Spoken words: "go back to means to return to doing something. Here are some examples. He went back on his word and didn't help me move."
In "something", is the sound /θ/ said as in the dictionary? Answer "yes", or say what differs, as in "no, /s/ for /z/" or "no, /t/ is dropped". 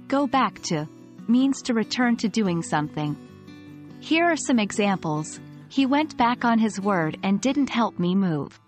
yes